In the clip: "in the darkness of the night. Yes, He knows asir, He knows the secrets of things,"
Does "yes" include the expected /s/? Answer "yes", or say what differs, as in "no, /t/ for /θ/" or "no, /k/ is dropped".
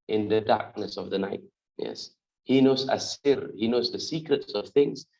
yes